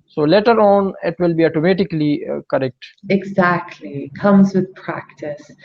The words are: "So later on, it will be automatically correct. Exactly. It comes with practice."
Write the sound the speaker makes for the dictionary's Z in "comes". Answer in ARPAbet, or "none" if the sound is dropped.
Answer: Z